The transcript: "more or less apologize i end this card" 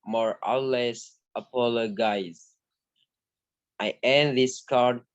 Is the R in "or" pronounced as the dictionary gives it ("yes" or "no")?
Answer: no